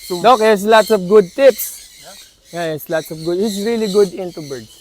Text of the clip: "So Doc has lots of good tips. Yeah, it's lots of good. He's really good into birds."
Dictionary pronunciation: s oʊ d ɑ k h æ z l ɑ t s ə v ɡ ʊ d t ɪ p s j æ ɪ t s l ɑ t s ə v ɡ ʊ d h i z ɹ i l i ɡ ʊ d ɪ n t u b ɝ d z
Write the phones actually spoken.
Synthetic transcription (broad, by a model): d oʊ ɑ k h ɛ s l ɑ t s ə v ɡ ʊ d t ɪ p s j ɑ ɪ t s l ɑ t s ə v ɡ ʊ d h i s ɹ i l i ɡ ʊ d ɪ n t u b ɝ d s